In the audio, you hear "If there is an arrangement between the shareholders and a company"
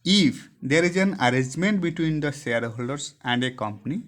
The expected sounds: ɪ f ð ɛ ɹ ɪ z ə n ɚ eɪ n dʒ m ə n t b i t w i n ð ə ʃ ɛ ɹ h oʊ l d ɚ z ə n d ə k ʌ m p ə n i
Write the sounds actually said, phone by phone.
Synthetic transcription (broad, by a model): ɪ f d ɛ ɹ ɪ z ə n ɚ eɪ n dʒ m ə n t b i t w i n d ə s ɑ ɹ h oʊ l d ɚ s ə n d ə k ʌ m p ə n i